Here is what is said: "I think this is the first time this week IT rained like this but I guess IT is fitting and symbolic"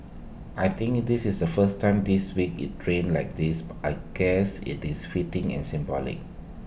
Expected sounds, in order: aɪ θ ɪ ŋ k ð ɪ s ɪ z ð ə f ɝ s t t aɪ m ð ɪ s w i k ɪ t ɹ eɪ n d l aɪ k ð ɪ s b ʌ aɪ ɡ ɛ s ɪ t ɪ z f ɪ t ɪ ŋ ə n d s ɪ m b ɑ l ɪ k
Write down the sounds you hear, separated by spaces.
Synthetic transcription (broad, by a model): aɪ t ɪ ŋ k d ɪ s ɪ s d ə f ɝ s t t aɪ m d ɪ s w i k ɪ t ɹ eɪ n l aɪ k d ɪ s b aɪ ɡ ɛ s ɪ t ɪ s f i t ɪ ŋ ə n s ɪ m b ɑ l ɪ k